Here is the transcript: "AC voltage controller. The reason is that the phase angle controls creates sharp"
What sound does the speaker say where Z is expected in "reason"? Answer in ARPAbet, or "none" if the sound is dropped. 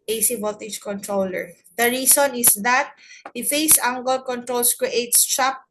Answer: S